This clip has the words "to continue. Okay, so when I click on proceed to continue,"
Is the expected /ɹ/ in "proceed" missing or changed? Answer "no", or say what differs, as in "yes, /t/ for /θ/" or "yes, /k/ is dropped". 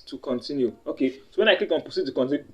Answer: yes, /ɹ/ is dropped